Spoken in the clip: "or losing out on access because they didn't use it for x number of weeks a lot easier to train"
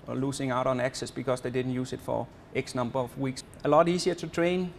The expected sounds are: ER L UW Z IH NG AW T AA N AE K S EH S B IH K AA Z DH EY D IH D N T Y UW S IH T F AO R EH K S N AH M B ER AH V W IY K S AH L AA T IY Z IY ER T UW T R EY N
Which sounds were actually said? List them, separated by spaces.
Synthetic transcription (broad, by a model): L UW S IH NG AW T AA N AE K S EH S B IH K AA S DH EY D IH D N T Y UW S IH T F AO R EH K S N AH M B ER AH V W IY K S AH L AA T IY S IY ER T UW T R EY N